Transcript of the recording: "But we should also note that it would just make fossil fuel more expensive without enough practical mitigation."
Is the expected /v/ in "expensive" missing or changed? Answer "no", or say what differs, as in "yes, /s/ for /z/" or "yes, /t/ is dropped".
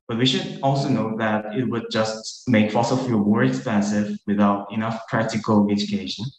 no